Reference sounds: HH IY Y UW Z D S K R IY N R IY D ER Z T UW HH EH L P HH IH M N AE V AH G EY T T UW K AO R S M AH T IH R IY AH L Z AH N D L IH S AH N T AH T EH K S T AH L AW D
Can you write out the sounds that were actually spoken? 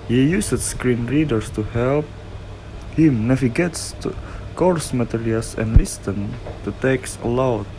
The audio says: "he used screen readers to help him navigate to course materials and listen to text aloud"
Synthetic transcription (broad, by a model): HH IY Y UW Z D S K R IY N R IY D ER S T UW HH EH L P HH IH M N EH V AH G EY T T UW K AO R S M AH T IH R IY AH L S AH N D L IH S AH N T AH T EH K S AH L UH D